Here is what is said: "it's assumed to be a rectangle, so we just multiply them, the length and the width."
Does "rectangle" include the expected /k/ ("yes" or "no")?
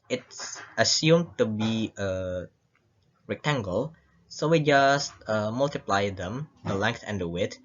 yes